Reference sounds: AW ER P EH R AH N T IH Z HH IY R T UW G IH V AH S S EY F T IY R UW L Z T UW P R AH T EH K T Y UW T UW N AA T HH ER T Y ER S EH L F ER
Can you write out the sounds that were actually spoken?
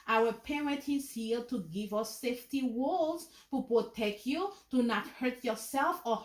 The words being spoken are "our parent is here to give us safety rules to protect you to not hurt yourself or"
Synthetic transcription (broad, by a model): AW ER P EH R AH N T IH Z HH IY L T UW G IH V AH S S EY F T IY W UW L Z T UW P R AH T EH K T Y UW T UW N AA T HH ER T Y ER S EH L F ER